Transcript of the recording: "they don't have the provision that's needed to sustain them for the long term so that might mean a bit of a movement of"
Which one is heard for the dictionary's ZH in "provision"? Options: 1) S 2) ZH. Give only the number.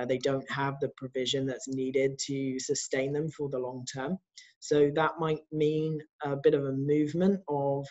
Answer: 2